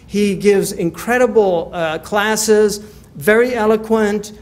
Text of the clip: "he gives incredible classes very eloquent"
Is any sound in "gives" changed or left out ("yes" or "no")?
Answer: no